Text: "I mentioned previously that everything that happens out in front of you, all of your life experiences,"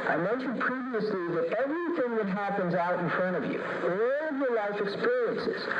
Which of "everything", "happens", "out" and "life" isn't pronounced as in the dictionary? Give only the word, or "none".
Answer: none